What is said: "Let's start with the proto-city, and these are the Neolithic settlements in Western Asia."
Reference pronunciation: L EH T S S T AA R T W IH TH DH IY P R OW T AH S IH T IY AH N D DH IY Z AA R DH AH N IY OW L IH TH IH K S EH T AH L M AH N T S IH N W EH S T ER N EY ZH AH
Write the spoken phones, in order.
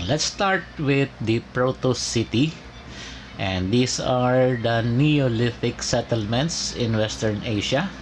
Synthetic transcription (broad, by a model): L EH T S S T AA R T W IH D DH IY P R OW T AH S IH T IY AH N D IY S AA R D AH N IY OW L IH F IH K S EH T AH L M AH N T S IH N W EH S T ER N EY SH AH